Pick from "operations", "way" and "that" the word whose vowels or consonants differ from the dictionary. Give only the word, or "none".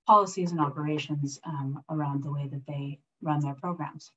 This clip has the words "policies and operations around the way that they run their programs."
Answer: none